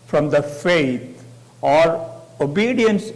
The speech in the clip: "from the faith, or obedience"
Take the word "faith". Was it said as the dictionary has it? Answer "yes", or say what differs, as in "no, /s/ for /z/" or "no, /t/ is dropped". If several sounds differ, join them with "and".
no, /t/ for /θ/